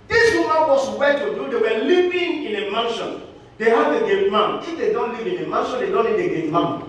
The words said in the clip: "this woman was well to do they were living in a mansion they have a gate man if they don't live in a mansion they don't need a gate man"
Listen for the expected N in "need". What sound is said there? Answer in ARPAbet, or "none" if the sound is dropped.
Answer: L